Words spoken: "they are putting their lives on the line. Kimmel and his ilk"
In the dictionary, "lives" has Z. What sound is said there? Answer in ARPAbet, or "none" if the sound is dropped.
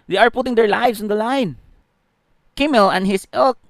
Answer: S